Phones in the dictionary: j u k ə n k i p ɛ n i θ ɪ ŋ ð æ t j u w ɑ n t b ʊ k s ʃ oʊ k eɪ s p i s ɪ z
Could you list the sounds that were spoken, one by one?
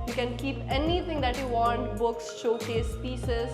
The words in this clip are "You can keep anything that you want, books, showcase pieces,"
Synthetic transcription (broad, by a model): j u k ə n k i p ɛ n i t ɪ ŋ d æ t j u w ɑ n t b ʊ k s ʃ oʊ k eɪ s p i s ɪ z